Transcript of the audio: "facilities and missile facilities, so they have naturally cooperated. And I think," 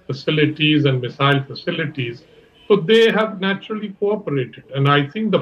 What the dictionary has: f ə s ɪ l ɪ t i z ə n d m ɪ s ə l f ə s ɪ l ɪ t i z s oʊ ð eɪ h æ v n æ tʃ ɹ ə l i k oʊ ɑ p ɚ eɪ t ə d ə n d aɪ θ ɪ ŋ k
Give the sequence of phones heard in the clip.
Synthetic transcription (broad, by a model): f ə s ɪ l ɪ t i z ə n d m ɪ s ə l f ə s ɪ l ɪ t i z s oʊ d eɪ h æ v n æ tʃ ɹ ə l i k oʊ ɑ p ɚ eɪ t ə d ə n d aɪ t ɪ ŋ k